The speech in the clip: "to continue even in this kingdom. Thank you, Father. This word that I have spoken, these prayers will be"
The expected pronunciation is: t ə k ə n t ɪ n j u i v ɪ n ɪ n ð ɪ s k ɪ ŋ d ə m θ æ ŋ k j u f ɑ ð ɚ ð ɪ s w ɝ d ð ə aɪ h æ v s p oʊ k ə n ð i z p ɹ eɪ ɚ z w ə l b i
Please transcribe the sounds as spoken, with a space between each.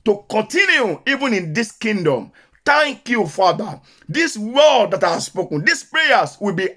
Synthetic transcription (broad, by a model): t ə k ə n t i n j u i v ɪ n ɪ n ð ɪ s k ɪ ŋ d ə m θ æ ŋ k j u f ɑ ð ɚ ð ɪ s w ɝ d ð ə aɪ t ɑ s p oʊ k ə n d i s p ɹ eɪ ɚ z w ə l b i